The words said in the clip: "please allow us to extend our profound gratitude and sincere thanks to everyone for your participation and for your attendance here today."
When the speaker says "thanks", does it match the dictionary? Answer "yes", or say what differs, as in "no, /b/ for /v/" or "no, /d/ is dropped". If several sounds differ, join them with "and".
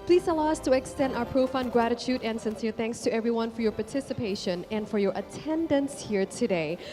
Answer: yes